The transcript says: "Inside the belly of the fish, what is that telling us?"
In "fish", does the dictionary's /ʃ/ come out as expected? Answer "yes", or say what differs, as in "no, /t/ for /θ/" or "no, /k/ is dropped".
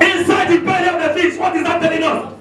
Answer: no, /s/ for /ʃ/